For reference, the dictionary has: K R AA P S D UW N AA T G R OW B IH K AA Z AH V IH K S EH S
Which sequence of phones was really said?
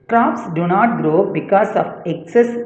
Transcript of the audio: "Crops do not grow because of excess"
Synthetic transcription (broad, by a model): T R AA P S D UW N AA T G R OW B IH K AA S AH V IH K S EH S